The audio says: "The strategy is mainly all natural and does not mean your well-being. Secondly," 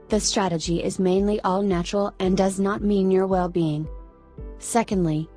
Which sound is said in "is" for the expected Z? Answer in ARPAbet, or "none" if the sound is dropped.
Z